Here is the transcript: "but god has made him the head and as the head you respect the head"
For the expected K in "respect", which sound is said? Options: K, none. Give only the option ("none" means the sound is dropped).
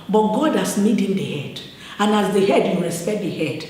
none